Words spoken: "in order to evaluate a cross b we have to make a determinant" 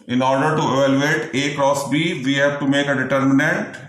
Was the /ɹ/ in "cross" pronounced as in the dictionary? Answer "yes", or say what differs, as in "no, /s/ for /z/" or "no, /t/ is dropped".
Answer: yes